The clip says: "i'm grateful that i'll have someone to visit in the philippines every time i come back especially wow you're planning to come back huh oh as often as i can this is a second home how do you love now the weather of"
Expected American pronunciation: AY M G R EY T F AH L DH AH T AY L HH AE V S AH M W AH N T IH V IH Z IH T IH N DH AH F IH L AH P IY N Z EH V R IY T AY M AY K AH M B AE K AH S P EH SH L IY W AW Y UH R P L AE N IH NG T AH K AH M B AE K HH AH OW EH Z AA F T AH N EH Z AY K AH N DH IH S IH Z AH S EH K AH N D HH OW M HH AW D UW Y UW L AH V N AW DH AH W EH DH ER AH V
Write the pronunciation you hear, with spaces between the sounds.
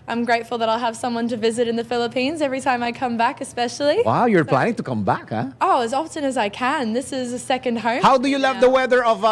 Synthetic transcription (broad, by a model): AY M G R EY T F L DH AH T AY L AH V S AH M W AH N T IH V IH Z IH T IH N DH AH F IH L AH P IY N Z EH V R IY T AY M AY K AH M B AE K AH S P EH SH L IY W AW Y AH R P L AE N IH NG T AH K AH M B AE K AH OW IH Z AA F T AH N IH Z AY K AH N DH IH S IH Z AH S EH K AH N D HH OW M HH AW D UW Y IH L AH V DH AH W EH DH ER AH V